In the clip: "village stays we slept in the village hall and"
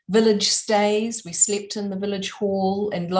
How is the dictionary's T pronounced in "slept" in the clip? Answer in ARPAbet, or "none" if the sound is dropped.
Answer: T